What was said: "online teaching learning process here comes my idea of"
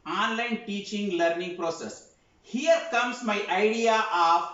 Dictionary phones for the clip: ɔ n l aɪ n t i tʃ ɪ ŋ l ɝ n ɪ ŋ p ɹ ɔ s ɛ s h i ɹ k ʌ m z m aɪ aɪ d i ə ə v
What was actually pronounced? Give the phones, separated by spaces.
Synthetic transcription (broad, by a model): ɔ n l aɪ n t i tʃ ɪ ŋ l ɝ n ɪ ŋ p ɹ ɔ s ɛ s h i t k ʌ m s m aɪ aɪ d i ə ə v